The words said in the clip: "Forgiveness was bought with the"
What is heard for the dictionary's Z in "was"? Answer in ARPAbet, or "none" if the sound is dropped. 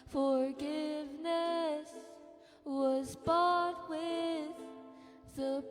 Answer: Z